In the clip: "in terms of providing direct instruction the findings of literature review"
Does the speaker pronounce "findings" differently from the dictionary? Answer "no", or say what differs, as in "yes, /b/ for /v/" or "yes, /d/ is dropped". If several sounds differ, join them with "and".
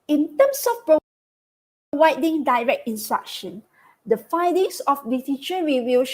yes, /n/ is dropped and /s/ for /z/